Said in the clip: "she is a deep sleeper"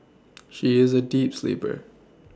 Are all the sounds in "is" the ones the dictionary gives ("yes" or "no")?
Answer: yes